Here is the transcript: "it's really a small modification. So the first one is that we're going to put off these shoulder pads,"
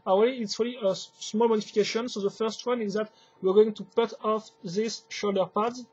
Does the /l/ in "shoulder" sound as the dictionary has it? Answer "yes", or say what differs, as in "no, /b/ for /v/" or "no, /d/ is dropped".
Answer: yes